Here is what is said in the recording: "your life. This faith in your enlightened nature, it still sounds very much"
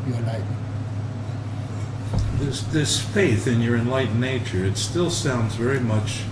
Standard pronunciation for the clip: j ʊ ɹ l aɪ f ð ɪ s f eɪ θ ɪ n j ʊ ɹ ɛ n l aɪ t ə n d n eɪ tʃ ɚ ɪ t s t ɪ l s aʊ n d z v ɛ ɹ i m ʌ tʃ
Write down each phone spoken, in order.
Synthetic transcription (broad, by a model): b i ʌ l aɪ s ð ɪ s f eɪ θ ɪ n j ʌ ɹ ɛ n l aɪ t n n eɪ tʃ ɚ ɪ t s t ɪ l s aʊ n d z v ɛ ɹ i m ʌ tʃ